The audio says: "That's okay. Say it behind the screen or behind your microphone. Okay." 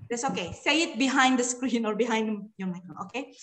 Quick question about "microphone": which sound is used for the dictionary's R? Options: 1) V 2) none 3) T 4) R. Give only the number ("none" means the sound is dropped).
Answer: 2